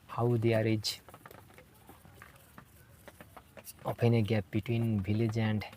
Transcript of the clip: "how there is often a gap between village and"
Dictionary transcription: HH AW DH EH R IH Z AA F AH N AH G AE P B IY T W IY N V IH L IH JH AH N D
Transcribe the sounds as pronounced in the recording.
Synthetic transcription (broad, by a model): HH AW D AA R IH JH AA P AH N AH G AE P B IY T W IY N B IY L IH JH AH N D